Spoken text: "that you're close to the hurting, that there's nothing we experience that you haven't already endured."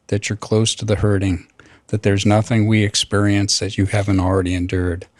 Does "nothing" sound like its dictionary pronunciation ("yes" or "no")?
yes